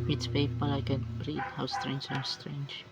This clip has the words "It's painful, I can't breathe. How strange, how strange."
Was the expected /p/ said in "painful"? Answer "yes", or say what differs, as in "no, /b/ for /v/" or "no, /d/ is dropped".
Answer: no, /f/ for /p/